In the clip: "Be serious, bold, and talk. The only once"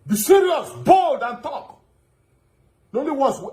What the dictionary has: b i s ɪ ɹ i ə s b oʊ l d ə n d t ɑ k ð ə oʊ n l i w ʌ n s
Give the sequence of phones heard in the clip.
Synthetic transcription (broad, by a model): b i s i ɹ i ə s b oʊ l d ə n t ɑ k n oʊ n l i w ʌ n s